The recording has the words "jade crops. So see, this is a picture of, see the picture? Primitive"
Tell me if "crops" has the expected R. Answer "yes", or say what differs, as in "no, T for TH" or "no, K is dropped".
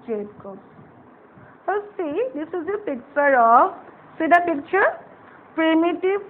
no, R is dropped